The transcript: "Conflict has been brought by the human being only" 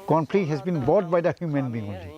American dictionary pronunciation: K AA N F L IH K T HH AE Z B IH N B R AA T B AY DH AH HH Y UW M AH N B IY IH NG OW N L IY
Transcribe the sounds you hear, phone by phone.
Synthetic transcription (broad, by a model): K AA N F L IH HH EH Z B IH N B AA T B AY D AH HH Y UW M AH N B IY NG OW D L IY